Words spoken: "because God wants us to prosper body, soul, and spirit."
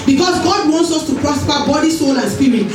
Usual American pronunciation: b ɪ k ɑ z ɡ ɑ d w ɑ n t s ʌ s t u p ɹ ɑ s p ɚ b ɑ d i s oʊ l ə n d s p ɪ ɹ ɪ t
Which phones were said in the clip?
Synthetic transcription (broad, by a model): b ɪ k ɑ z ɡ ɑ d w ɑ n t s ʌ s t u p ɹ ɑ s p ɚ b ɑ d i s oʊ l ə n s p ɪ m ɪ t